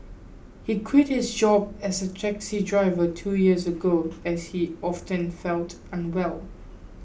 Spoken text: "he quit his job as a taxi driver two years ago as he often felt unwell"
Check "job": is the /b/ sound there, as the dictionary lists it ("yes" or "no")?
yes